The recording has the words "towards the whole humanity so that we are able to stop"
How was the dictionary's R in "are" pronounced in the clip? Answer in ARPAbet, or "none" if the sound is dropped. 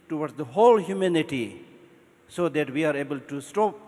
R